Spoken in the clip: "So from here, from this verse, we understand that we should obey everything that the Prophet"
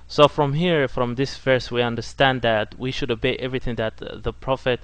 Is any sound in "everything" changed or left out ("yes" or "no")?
no